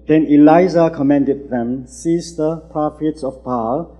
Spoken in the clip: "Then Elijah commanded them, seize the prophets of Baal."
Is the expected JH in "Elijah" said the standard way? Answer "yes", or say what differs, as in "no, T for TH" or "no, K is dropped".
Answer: no, Z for JH